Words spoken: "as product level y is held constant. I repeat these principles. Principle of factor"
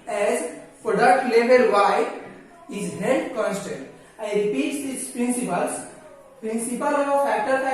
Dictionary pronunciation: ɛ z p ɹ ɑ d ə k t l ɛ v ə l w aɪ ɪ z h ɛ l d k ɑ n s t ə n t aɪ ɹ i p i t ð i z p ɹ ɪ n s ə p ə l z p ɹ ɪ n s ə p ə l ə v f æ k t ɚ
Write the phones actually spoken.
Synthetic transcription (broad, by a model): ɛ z f ɹ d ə t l ɛ b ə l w aɪ ɪ z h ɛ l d k ɑ n s t ə n t aɪ ɹ i p i t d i s p ɹ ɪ n s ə p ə l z p ɹ ɪ n s ə p ə l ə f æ k t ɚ